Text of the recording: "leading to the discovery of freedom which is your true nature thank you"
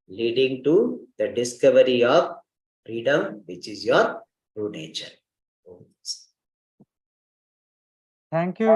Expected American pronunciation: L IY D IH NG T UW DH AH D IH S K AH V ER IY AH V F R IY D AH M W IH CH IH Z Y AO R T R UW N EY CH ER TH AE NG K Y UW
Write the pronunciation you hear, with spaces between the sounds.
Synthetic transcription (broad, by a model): L IY D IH NG T UW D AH D IH S K AH V ER IY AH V F R IY D AH M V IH CH IH Z Y AO R T R UW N EY CH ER T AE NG K Y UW